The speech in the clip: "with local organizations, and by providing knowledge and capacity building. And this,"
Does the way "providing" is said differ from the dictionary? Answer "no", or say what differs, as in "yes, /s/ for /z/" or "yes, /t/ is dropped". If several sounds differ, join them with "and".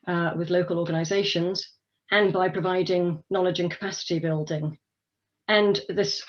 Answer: no